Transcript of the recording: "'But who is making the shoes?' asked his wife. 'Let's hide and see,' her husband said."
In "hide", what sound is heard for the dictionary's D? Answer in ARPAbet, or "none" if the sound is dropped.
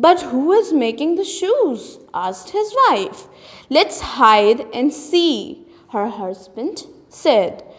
D